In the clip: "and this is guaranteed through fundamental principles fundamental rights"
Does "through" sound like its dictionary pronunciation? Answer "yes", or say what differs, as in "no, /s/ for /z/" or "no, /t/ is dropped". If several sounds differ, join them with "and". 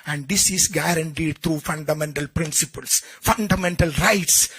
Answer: no, /t/ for /θ/